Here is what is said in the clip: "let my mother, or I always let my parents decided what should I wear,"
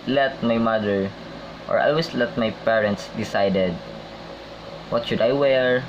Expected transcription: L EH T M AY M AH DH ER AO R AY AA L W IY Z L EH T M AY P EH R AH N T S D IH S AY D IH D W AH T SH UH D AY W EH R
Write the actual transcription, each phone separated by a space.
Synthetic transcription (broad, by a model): L EH T M AY M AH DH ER AO R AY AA L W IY S L EH T M AY P EH R AH N T S D IH S AY D IH D W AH T SH UH D AY W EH R